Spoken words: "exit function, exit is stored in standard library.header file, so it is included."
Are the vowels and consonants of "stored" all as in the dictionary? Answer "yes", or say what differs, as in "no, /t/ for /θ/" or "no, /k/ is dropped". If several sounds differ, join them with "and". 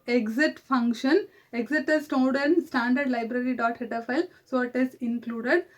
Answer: no, /l/ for /ɹ/